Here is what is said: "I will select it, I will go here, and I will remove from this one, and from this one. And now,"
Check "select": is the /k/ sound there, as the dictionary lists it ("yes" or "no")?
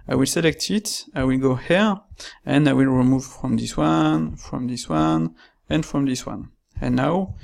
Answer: yes